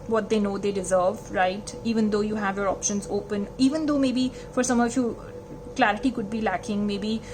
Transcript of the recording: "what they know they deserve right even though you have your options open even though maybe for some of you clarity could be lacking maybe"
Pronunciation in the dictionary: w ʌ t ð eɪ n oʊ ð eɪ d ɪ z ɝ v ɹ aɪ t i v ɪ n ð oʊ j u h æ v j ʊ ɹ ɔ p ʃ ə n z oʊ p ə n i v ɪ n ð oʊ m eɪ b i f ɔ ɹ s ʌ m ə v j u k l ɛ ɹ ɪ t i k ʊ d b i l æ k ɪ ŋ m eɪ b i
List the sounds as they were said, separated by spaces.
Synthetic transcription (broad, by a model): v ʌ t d eɪ n oʊ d eɪ d ɪ z ɝ v ɹ aɪ t i v ɪ n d oʊ j u h æ v j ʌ ɹ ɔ p ʃ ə n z oʊ p ə n i v ɪ n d oʊ m eɪ b i f ɔ ɹ s ʌ m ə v j u k l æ ɹ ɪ t i k ʊ d b i l æ k ɪ ŋ m eɪ b i